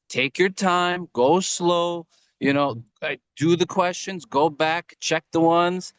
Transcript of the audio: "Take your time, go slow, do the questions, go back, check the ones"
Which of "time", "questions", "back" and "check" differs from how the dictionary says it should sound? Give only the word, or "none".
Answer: none